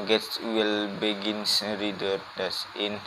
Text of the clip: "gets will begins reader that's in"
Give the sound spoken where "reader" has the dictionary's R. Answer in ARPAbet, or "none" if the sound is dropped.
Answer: R